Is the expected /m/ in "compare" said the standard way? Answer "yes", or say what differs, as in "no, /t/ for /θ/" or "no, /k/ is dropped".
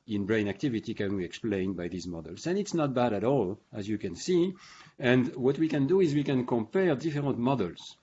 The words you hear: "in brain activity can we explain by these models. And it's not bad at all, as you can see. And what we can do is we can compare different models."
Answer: yes